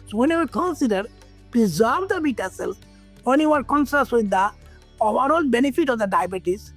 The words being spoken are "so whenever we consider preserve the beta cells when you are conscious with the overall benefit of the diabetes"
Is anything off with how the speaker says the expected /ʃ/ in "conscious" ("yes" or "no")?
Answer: yes